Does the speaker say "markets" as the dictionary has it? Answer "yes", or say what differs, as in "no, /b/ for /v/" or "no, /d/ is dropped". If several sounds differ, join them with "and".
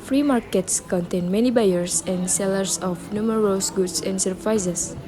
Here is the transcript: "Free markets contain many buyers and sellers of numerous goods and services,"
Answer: yes